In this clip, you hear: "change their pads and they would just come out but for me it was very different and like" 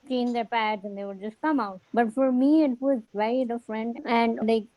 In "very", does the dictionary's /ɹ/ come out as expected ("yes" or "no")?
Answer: no